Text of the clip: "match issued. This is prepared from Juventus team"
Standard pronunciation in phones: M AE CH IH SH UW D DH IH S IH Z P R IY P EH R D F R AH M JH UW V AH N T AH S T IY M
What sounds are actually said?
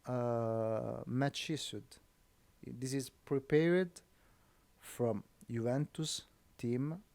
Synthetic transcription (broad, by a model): M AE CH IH S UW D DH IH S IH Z P R IY P EH R D F R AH M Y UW V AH N T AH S T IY M